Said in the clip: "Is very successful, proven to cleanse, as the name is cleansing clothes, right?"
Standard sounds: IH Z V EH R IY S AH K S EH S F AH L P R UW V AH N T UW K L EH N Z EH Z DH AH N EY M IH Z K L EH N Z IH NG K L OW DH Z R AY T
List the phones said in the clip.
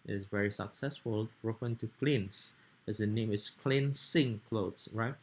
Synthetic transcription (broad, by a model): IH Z V EH R IY S AH K S EH S F AH L R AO F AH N T UW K L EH N S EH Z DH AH N EY M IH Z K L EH N S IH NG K L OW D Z R AY T